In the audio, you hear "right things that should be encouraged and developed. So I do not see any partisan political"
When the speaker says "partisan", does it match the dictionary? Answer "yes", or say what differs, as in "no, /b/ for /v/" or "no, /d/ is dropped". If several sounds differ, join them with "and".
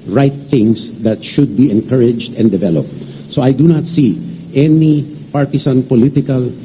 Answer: no, /s/ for /z/